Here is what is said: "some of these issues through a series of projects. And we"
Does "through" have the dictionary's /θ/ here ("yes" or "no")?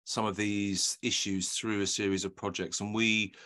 yes